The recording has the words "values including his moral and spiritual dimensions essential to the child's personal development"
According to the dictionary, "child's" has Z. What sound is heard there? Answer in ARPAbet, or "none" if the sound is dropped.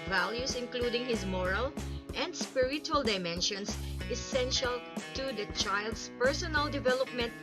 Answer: S